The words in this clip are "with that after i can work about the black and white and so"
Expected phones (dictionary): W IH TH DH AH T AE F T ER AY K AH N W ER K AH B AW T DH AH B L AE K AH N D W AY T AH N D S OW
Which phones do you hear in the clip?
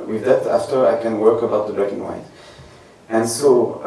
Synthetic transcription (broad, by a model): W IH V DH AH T AE F T ER AY K AH N W ER K AH B AW T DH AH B EH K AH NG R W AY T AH N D S OW